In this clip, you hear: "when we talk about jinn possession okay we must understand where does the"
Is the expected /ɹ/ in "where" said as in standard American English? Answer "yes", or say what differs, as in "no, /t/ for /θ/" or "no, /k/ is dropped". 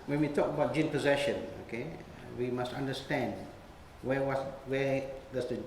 no, /w/ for /ɹ/